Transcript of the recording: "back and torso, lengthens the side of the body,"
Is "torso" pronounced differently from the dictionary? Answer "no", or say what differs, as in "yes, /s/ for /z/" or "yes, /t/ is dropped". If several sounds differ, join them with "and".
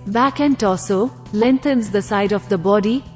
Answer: yes, /l/ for /ɹ/